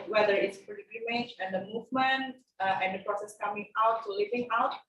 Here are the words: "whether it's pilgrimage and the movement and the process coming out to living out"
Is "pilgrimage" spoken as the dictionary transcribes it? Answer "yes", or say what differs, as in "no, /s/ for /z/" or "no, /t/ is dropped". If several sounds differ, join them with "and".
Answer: no, /l/ is dropped